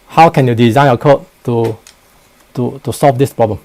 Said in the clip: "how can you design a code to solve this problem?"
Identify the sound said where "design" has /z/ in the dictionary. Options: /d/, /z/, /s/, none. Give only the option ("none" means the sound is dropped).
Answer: /z/